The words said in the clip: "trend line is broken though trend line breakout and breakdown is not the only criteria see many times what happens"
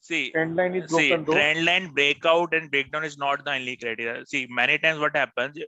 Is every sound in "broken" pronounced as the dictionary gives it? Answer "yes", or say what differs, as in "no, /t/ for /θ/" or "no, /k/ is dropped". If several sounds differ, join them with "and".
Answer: no, /k/ is dropped